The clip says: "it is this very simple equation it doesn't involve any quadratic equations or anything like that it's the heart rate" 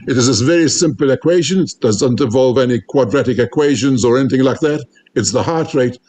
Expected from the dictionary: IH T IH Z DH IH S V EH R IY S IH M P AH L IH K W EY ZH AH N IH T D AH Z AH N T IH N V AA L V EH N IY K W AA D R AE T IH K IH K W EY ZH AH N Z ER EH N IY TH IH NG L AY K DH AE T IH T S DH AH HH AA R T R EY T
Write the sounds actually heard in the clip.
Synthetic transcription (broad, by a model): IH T IH Z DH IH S V EH R IY S IH M P AH L IH K W EY ZH AH N IH T D AH Z AH N T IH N V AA L V EH N IY K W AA D R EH T IH K IH K W EY ZH AH N Z ER EH N IY TH IH NG L AY K DH AE T IH T S DH AH HH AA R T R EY T